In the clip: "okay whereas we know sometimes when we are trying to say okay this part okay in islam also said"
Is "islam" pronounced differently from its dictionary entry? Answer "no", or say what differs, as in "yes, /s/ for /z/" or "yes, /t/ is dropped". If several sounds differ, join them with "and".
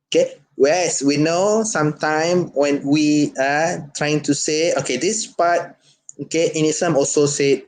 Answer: yes, /l/ is dropped